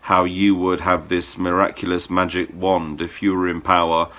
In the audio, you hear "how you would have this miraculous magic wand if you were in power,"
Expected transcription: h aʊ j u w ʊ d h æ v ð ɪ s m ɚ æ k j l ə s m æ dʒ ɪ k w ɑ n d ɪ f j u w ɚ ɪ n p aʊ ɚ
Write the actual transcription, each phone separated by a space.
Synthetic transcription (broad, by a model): h aʊ j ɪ w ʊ d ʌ v ð ɪ s m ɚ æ k j l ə s m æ dʒ ɪ k w ɑ n d ɪ f j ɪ w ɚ ɪ n p aʊ ɚ